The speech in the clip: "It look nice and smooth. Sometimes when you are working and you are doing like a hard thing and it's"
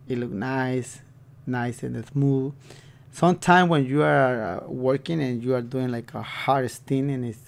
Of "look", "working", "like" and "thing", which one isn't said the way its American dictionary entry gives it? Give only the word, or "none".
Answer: thing